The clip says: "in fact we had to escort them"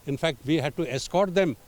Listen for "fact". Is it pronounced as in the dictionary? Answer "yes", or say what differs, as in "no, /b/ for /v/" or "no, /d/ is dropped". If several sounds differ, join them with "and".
yes